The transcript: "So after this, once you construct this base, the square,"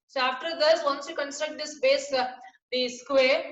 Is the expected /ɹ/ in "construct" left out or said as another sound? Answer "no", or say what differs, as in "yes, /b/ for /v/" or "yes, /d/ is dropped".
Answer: no